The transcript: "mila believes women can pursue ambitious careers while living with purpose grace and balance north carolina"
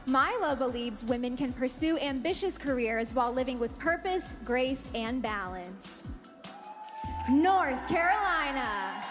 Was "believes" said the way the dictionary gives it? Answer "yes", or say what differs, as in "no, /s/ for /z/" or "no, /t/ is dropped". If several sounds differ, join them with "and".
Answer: yes